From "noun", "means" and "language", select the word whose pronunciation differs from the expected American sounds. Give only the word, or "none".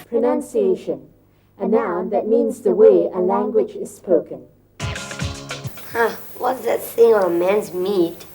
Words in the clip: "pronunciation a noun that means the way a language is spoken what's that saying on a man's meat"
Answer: none